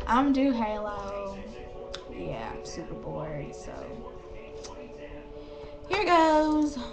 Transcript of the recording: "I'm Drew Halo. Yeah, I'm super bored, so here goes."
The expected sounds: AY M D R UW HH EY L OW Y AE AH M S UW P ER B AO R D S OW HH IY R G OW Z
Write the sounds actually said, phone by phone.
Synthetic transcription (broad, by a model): AY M D UW HH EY L OW Y AE AH M S UW P ER B AO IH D S OW HH IY R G OW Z